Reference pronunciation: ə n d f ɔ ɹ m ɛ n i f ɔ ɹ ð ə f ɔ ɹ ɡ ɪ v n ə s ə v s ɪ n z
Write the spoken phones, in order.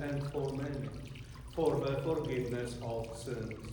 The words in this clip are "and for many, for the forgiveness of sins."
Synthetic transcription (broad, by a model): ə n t f ɔ ɹ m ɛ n f ɔ ɹ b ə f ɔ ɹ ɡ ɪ n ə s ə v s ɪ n